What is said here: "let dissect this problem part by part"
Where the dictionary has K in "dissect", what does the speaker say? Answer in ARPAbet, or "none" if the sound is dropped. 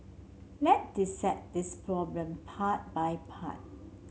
none